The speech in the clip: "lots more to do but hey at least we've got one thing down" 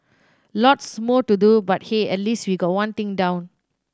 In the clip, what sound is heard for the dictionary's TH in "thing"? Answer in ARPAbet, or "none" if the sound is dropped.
T